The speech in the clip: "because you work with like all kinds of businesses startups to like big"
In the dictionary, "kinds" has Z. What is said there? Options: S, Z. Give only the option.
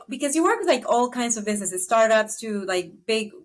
Z